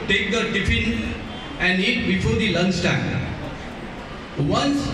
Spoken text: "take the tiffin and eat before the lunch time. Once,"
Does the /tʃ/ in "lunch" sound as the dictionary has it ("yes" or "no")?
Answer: no